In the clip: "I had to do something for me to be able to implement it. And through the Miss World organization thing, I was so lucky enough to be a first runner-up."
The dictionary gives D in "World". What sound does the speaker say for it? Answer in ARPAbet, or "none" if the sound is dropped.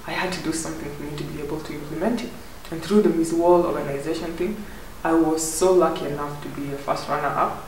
none